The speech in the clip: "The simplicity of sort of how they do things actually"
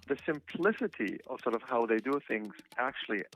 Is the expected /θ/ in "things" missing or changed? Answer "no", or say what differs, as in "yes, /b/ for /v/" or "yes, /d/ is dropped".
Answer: no